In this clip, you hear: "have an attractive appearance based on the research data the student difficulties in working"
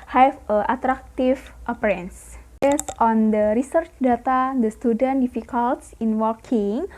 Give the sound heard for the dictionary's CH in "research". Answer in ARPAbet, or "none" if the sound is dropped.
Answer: CH